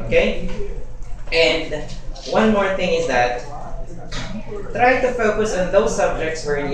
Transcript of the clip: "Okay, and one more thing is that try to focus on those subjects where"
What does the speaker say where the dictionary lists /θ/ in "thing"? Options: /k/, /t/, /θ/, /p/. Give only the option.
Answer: /θ/